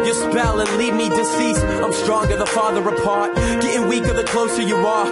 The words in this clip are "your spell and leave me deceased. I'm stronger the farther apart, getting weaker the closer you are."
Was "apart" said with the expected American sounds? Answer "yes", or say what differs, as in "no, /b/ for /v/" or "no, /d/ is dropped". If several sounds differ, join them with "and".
yes